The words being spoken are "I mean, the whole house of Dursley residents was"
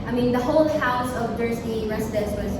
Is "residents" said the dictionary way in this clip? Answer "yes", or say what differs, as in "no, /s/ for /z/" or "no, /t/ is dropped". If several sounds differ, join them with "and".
no, /n/ is dropped